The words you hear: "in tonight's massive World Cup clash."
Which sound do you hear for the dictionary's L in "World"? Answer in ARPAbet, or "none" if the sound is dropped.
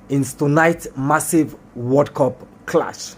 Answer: none